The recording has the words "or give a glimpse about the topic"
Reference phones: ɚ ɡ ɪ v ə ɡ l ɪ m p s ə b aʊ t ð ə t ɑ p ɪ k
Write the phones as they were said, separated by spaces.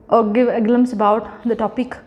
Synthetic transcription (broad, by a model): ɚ ɡ ɪ v ə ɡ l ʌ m s ə b aʊ t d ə t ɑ p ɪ k